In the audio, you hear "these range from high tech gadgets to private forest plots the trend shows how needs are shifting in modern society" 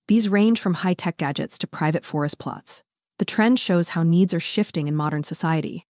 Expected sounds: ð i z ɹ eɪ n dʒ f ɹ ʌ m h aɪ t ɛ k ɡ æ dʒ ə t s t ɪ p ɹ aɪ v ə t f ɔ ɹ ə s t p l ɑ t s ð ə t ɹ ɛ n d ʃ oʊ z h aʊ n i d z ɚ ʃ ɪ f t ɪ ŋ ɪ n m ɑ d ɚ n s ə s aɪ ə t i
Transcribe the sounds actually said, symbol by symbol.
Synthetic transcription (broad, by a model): ð i z ɹ eɪ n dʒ f ɹ ʌ m h aɪ t ɛ k ɡ æ dʒ ə t s t ɪ p ɹ aɪ v ə t f ɔ ɹ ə s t p l ɑ t s ð ə t ɹ ɛ n d ʃ oʊ z h aʊ n i d z ɚ ʃ ɪ f t ɪ ŋ ɪ n m ɑ d ɚ n s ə s aɪ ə t i